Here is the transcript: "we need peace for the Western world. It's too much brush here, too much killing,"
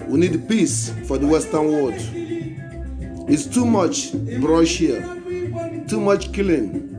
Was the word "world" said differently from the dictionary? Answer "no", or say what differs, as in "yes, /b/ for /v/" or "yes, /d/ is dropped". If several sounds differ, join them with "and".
yes, /l/ is dropped